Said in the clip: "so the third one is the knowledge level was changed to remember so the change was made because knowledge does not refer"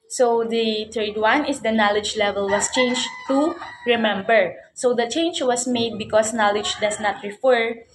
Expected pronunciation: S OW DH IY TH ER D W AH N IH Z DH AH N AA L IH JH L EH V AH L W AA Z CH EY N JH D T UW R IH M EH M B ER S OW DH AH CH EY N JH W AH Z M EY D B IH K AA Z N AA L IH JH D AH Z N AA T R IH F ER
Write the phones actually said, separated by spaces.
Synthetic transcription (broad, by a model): S OW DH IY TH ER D W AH N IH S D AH N AA L IH JH L EH V AH L W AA S CH EY N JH T UW R IH M EH M B ER S OW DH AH CH EY N JH W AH S M EY D B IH K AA S N AA L IH JH D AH S N AA T R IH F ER